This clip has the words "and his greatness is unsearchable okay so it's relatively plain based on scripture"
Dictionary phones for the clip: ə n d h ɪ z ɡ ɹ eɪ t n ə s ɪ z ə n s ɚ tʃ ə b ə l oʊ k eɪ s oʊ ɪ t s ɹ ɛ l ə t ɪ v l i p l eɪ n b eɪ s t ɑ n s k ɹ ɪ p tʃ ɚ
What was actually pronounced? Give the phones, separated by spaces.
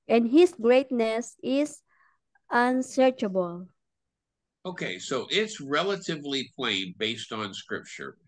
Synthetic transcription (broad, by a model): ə n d h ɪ s ɡ ɹ eɪ t n ə s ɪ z ə n s ɚ tʃ ə b ə l oʊ k eɪ s oʊ ɪ t s ɹ ɛ l ə t ɪ v l i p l eɪ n b eɪ s t n s k ɹ ɪ p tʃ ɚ